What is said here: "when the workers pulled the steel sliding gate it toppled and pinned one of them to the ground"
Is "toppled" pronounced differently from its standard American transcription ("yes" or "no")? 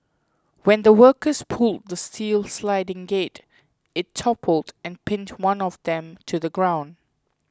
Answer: no